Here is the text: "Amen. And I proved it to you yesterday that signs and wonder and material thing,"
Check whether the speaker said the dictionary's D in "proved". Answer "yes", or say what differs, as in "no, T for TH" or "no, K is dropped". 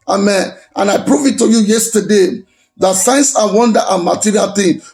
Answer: no, D is dropped